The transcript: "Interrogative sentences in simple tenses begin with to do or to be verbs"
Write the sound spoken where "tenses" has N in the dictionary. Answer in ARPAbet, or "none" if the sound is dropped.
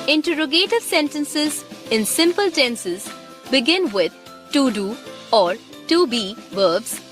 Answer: N